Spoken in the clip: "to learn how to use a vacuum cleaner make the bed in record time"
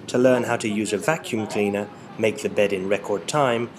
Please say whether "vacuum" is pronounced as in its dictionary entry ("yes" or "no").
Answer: yes